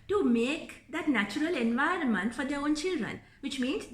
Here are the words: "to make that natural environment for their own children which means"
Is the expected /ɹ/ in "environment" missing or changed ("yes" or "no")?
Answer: no